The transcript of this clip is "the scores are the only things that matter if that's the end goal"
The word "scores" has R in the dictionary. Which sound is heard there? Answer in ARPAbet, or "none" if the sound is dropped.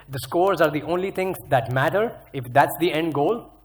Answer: R